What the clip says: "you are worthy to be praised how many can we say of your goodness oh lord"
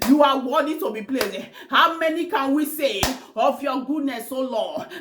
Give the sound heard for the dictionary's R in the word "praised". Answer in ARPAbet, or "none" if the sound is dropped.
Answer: L